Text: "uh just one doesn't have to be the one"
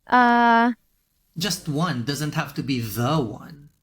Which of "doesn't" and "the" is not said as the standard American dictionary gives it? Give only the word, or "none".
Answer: none